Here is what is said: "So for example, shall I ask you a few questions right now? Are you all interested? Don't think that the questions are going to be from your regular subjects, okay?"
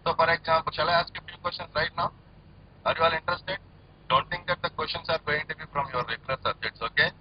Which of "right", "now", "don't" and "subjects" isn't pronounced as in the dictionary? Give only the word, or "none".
subjects